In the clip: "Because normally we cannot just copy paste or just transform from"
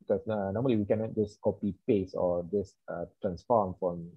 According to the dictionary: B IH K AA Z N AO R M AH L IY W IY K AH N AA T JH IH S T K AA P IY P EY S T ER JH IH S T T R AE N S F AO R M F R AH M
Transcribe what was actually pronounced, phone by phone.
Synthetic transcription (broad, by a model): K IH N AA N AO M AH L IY W IY K AH N AA T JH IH S K AA P IY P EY S AO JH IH S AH T R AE N S F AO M F R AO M